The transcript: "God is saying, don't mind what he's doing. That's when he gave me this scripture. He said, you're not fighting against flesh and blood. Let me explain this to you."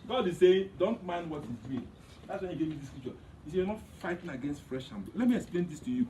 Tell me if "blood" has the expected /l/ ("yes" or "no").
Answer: no